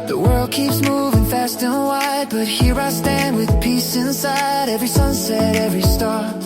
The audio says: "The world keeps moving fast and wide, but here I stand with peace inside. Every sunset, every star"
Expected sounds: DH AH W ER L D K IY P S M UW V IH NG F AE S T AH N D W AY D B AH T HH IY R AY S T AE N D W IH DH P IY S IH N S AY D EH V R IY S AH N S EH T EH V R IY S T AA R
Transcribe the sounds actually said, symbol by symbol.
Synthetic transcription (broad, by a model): DH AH W ER L D K IY P S M UW V IH NG F AE S T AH N W AY D B AH T HH IY R AY S T AE N D W IH DH P IY S IH N S AY D EH V R IY S AH N S EH T EH V R IY S T AA R